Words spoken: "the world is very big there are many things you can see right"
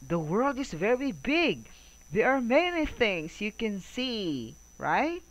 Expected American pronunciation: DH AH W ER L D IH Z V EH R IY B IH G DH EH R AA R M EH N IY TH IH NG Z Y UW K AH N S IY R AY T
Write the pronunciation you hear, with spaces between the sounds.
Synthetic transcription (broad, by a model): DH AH W ER L D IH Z V EH R IY B IH G DH EH R AA R M EH N IY TH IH NG S Y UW K AH N S IY R AY T